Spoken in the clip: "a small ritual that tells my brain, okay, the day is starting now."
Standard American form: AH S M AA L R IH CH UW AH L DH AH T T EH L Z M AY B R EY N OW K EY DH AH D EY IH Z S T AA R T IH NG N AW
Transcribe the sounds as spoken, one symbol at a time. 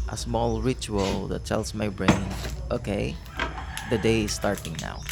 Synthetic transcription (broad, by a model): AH S M AA L R IH CH UW AH L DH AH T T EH L S M AY B R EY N OW K EY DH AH D EY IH S T AA R T IH NG N AW